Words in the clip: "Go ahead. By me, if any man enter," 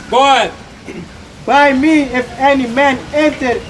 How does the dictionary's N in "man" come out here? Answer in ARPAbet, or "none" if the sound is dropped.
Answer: N